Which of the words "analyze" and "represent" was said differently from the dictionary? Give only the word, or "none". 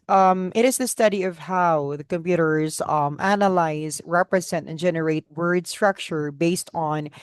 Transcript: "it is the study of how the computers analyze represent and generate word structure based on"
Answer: none